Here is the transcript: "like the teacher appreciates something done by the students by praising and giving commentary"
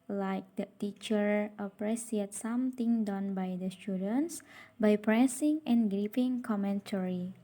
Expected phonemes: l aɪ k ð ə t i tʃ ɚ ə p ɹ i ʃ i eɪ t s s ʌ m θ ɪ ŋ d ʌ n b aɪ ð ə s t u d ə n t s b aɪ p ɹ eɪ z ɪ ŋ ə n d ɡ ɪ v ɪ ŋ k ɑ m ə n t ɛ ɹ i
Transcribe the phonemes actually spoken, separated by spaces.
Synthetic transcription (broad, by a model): l aɪ k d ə t i tʃ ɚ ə p ɹ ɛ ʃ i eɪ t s s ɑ m t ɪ ŋ d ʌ n b aɪ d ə s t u d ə n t s b aɪ p ɹ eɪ s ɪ ŋ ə n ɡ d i p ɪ ŋ k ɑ m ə n t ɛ ɹ i